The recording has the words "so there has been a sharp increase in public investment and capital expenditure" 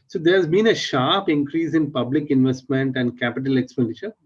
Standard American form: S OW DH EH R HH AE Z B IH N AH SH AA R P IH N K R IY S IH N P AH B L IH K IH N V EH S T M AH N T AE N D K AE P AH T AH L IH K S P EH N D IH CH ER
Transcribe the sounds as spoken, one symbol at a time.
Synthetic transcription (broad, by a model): S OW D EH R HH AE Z B IH N AH SH AA R P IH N K R IY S IH N P AH B L IH K IH N V EH S T M AH N T AE N D K AE P AH T AH L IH K S P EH N D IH CH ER